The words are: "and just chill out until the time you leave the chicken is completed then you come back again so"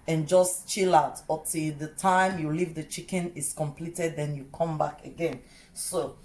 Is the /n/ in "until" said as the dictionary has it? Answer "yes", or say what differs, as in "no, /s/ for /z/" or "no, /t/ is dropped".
no, /n/ is dropped